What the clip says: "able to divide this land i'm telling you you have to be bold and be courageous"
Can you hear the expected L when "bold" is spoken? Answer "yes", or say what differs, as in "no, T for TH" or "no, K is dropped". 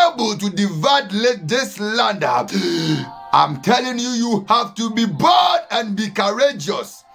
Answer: no, L is dropped